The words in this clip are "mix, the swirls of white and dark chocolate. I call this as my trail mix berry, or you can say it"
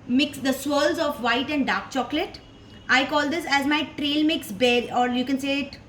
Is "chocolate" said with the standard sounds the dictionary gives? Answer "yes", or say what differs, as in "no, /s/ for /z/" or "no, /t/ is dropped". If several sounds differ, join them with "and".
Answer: yes